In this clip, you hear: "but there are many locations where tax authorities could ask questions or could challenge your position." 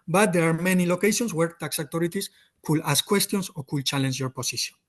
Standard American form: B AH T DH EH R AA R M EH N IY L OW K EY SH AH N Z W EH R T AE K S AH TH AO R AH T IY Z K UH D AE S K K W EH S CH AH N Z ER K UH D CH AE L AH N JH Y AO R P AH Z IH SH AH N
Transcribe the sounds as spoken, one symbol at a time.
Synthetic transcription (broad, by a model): B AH T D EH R AA R M EH N IY L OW K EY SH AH N S W EH R T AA K S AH T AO R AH T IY S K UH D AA S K K W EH S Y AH N S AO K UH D CH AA L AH N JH Y AO R P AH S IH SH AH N